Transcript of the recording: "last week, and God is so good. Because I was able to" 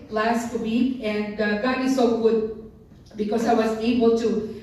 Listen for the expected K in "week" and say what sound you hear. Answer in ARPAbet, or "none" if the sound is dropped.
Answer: none